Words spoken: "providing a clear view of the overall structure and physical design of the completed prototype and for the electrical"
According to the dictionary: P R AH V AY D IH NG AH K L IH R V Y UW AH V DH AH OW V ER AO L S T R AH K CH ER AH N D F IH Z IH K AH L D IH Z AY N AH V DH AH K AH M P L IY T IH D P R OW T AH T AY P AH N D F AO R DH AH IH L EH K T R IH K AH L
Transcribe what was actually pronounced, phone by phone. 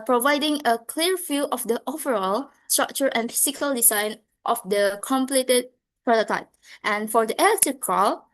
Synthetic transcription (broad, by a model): P R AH V AY D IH NG AH K L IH R F Y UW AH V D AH OW V ER AO L S T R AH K CH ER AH N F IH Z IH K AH L D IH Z AY N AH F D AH K AH M P L IY T IH D P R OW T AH T AY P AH N F AO R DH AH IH L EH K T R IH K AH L